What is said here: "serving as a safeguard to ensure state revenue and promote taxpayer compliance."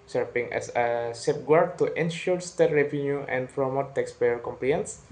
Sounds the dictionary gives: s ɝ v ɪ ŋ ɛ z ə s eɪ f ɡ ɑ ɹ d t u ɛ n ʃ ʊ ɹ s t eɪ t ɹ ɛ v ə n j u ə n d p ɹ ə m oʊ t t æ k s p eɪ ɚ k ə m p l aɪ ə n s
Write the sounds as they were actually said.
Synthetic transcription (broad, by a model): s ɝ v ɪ ŋ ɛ s ə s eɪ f ɡ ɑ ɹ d t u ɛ n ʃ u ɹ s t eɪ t ɹ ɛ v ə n j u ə n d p ɹ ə m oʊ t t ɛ k s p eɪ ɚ k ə m p l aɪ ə n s